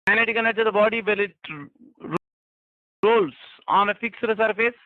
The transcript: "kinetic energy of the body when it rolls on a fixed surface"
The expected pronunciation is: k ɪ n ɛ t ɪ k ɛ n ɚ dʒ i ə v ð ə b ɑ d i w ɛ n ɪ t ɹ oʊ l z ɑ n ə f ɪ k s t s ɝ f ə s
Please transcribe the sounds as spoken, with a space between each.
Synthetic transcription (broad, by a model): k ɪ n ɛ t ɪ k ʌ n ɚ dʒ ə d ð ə b ɑ d i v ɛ l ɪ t ɹ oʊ l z ɑ n ə f ɪ k s t s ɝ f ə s